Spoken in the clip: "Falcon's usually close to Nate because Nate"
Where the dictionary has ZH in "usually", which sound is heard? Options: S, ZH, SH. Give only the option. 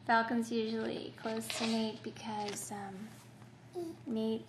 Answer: ZH